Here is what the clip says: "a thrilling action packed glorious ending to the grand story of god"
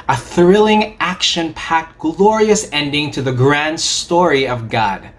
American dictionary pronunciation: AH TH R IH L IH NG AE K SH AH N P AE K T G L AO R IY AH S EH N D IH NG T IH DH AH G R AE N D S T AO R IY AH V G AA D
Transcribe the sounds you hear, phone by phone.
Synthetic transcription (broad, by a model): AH TH R IH L IH NG AE K SH AH N P AE K T G L AO R IY AH S EH N D IH NG T IH DH AH G R AE N D S T AO R IY AH V G AA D